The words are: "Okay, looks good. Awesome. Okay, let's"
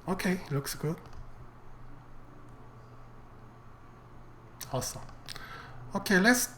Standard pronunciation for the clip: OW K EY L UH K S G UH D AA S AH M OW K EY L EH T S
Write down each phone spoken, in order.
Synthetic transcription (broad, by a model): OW K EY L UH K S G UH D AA S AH OW K EY L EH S